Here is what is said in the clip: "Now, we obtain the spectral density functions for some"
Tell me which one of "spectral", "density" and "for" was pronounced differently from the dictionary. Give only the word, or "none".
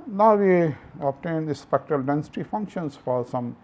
none